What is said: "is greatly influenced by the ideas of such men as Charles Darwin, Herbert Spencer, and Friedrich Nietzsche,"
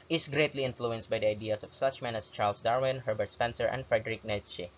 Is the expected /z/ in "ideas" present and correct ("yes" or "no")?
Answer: no